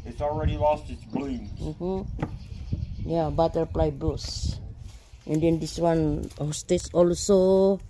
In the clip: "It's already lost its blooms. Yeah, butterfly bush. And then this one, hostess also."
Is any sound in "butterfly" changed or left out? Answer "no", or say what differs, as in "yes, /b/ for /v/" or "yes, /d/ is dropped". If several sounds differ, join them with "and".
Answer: yes, /p/ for /f/